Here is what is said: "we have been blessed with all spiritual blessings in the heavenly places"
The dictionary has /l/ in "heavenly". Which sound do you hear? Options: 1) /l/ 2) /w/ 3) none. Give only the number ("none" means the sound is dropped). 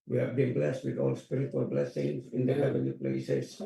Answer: 3